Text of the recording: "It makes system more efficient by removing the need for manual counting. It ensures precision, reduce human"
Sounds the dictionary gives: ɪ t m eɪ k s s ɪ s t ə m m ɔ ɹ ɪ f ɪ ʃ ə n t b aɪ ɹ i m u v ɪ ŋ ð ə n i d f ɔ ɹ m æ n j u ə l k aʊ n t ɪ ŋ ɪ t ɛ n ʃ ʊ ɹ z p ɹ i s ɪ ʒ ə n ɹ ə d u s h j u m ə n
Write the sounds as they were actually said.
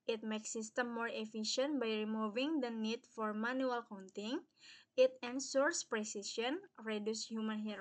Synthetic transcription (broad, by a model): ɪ t m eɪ k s s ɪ s t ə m m ɔ ɹ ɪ f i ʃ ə n t b aɪ ɹ i m u v ɪ ŋ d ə n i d f ɔ ɹ m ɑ n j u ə l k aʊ n t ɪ ŋ ɪ t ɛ n s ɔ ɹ s p ɹ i s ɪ ʃ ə n ɹ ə d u s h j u m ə n